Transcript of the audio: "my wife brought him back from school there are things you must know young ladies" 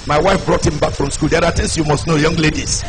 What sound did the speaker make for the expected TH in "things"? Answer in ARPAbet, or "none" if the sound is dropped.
T